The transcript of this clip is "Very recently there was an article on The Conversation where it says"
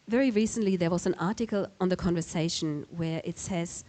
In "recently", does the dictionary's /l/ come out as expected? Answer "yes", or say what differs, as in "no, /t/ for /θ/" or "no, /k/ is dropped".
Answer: yes